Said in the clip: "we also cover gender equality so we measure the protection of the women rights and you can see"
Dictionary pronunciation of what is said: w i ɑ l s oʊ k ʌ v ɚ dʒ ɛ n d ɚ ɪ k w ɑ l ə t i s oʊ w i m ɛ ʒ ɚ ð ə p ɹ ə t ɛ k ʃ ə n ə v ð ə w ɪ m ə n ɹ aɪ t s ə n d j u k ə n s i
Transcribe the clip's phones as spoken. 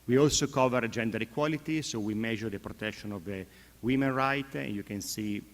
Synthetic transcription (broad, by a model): w i ɑ l s oʊ k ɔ v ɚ dʒ ɛ n d ɚ ɪ k w ɑ l ə t i s oʊ w i m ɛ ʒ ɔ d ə p ɹ ə t ɛ k ʃ ə n ə v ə w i m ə n ɹ aɪ t ə n d j u k ə n s i